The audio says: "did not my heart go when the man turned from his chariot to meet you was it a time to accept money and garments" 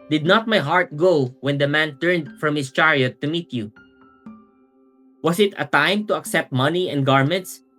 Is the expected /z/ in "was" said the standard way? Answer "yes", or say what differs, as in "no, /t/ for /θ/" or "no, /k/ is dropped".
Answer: no, /s/ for /z/